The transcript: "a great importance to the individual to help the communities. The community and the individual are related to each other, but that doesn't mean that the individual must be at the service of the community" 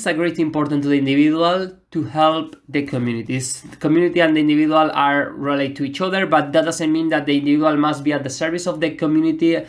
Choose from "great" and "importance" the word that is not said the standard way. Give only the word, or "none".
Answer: importance